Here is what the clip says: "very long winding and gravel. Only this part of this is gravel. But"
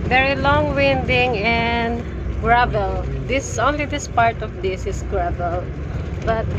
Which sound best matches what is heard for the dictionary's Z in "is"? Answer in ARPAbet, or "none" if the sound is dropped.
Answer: S